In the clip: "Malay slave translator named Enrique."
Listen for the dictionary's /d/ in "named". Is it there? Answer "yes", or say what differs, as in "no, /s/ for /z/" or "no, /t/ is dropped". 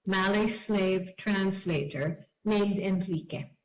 yes